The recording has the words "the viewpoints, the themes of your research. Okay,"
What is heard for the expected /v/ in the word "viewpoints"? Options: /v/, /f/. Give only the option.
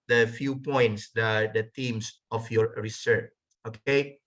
/f/